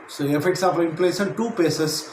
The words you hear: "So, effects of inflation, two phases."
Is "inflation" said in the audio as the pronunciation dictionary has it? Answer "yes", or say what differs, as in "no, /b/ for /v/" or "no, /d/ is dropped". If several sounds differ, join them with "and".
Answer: no, /p/ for /f/